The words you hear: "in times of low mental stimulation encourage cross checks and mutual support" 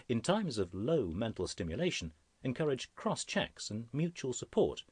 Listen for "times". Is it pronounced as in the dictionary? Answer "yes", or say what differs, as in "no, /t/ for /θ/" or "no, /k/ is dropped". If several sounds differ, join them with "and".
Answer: yes